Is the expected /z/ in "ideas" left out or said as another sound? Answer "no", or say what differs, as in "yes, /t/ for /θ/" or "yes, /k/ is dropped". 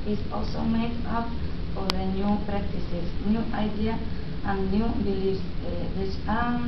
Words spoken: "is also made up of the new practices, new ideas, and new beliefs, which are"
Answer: yes, /z/ is dropped